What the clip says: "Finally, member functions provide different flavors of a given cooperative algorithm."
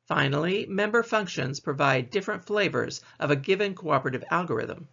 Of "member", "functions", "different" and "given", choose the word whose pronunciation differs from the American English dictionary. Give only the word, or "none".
none